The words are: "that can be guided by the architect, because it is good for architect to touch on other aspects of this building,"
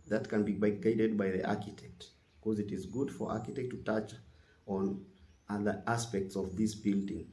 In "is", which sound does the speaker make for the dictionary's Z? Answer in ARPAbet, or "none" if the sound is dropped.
Z